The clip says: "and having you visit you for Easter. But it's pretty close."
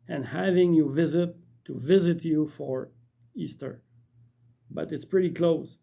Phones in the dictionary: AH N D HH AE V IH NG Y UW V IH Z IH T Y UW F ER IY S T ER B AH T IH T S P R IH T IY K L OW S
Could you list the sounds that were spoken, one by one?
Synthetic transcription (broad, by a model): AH N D HH AE V IH NG Y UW V IH Z IH T Y UW F ER IY S T ER B AH T IH T S P R IH T IY K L OW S